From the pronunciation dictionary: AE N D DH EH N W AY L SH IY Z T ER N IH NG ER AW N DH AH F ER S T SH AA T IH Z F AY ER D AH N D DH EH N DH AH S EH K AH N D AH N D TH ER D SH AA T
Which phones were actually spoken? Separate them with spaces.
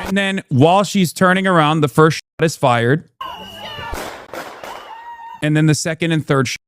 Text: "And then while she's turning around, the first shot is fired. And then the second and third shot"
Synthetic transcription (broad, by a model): N DH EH N W AY L SH IY Z T ER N IH NG ER AW N DH AH F ER S T SH AA T IH Z F AY ER D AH N DH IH N DH AH S EH K AH N D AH N TH ER D SH